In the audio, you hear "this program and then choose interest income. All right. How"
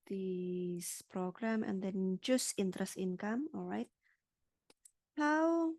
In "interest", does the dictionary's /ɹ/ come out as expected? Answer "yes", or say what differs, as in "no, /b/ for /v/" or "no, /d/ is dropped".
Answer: yes